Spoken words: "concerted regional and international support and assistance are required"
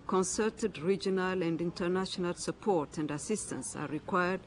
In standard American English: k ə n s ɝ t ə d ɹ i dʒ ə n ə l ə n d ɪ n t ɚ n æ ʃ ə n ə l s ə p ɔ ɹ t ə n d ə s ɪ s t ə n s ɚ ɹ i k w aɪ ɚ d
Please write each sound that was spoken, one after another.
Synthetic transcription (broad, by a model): k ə n s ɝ t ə d ɹ i dʒ ə n ə l ə n d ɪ n t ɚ n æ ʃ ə n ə l s ə p ɔ ɹ t ə n d ə s ɪ s t ə n s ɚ ɹ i k w aɪ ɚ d